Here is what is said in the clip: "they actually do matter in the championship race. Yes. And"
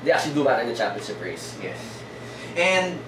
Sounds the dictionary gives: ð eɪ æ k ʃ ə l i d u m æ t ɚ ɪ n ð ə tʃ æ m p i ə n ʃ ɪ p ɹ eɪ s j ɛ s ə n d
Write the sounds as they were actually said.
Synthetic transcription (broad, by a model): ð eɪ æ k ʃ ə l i d u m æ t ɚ ɪ n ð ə tʃ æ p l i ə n s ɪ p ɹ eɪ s j ɛ s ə n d